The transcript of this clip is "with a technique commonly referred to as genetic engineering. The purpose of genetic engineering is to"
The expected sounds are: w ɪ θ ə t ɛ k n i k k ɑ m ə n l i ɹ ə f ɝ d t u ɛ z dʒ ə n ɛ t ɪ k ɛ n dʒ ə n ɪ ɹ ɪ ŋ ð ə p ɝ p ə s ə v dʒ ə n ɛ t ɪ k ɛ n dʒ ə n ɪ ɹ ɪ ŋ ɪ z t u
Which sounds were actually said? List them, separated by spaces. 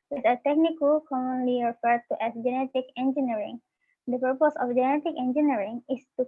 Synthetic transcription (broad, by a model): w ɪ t ə t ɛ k n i k k ɑ m ə n l i ɹ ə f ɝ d t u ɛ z dʒ ə n ɛ t ɪ k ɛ n dʒ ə n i ɹ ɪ ŋ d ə p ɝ p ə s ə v dʒ ə n ɛ t ɪ k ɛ n dʒ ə n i ɹ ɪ ŋ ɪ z t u